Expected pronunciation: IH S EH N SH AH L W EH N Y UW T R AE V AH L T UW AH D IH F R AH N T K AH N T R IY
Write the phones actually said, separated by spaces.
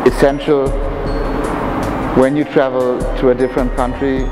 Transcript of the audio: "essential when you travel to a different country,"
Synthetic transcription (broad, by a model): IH S EH N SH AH L W EH N Y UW T R AE V AH L T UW AH D IH F R AH N T K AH N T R IY